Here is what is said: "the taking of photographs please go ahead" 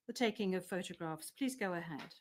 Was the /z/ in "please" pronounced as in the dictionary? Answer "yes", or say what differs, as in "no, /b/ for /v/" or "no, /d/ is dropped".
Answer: yes